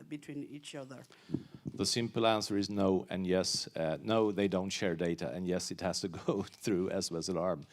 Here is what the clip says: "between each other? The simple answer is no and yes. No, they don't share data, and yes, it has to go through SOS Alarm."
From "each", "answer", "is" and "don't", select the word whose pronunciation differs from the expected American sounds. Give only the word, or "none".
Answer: none